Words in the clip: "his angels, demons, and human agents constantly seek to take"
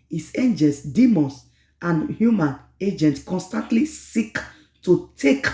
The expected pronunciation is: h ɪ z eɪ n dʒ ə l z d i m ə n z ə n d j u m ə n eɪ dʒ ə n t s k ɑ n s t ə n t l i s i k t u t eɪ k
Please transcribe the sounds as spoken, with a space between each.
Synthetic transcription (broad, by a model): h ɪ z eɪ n dʒ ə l s d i m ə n s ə n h j u m ə n eɪ dʒ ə n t k ɑ n s t ə n t l i s i k t u t eɪ k